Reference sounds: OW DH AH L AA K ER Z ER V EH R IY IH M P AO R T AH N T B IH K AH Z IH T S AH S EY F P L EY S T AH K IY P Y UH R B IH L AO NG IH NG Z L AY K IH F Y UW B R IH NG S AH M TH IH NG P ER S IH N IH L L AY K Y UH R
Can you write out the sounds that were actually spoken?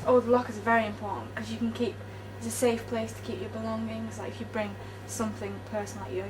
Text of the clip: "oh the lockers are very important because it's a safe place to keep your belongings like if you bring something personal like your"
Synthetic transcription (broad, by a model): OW DH AH L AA K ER Z V EH R IY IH M P AO R T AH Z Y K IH K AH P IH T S AH S EY F P L EY S T AH K IY P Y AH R B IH L AO NG IH NG S L AY K IH F Y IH B R IH NG S AH M TH IH NG P ER S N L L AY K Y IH